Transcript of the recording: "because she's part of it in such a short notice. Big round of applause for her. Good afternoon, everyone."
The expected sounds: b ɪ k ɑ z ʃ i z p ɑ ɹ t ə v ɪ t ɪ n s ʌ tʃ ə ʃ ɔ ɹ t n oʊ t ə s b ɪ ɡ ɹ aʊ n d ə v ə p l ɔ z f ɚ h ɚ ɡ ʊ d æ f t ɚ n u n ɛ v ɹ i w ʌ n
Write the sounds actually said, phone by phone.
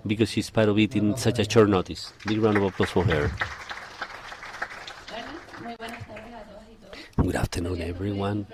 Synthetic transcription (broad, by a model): b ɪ k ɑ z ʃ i s p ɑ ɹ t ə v ɪ t ɪ n s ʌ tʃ ə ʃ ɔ ɹ n oʊ t ə s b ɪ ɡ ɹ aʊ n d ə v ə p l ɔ s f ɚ h ɚ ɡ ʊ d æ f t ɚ n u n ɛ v ɹ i w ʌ n